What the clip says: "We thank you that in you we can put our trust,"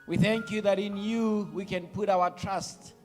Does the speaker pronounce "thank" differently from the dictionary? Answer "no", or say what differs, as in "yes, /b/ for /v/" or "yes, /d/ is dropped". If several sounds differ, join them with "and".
no